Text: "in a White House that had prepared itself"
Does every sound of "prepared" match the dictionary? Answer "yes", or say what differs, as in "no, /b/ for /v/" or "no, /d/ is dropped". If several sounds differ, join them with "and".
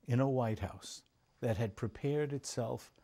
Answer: yes